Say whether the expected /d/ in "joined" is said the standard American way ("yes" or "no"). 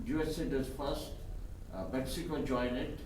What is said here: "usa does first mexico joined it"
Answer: no